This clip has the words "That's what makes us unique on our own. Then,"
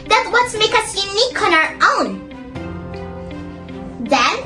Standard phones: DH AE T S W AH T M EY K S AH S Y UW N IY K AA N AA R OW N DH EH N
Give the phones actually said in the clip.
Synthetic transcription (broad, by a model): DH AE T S W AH T M EY K AH S Y UW N IY K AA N AA R OW N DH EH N